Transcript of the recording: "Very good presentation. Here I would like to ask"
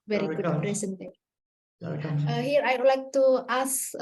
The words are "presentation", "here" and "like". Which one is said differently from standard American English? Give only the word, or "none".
presentation